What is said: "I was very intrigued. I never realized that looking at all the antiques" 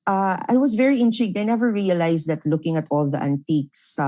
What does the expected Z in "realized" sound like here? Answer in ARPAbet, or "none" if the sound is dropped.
S